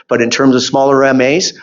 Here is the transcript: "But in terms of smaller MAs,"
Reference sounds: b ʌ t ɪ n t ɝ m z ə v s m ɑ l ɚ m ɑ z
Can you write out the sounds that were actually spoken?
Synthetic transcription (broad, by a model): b ʌ t ɪ n t ɝ m z ə v s m ɑ l ɚ m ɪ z